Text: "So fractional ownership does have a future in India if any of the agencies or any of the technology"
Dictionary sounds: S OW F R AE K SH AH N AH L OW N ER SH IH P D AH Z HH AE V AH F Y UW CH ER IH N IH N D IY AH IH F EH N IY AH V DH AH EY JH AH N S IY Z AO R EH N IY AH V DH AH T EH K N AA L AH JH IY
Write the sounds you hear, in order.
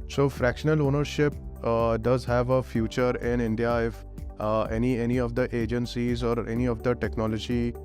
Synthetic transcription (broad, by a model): S OW F R AE K SH AH N AH L OW N ER SH IH P D AH Z HH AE V AH F Y UW CH ER IH N IH N D IY AH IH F EH N IY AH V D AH EY JH AH N S IY Z AO R EH N IY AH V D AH T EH K N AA L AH JH IY